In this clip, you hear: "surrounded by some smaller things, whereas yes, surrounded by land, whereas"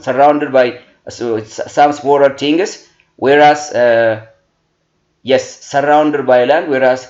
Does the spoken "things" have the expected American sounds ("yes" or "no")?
no